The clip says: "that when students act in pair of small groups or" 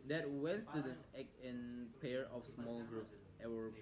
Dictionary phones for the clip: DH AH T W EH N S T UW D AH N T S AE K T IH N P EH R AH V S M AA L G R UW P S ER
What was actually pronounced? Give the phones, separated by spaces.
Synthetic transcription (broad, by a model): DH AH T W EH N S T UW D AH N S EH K IH N P EH R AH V S M AA L G R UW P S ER